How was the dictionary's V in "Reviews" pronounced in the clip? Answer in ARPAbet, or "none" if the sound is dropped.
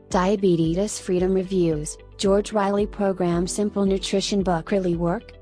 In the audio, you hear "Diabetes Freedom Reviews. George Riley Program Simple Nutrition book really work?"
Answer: V